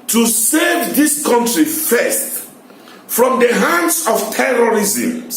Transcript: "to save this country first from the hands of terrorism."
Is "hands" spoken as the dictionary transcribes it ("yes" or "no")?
no